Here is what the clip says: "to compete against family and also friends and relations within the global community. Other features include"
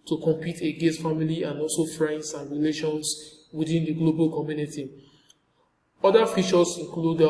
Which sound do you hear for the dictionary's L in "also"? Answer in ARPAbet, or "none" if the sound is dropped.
L